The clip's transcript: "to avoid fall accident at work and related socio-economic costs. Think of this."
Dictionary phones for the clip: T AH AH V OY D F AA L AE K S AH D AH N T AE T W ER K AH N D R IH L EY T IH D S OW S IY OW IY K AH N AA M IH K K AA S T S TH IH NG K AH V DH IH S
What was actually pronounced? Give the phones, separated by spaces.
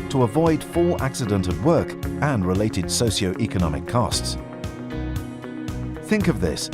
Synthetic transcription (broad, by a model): T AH AH V OY D F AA L AE K S AH D AH N T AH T W ER K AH N R IH L EY T IH D S OW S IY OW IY K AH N AA M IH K K AA S T S TH IH NG K AH V DH IH S